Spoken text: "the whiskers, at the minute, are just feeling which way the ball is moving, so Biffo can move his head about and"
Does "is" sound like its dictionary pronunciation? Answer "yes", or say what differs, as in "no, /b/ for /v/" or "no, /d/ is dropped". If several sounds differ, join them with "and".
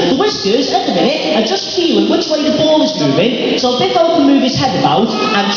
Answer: yes